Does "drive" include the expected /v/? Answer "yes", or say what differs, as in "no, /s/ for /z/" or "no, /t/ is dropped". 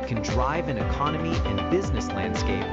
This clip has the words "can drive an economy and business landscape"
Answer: yes